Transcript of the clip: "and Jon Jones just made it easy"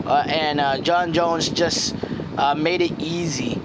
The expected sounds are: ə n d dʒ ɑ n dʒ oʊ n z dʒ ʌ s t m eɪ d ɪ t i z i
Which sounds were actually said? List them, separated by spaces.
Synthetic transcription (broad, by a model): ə n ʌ dʒ ɑ n dʒ oʊ n z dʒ ʌ s t m eɪ d ɪ t i z i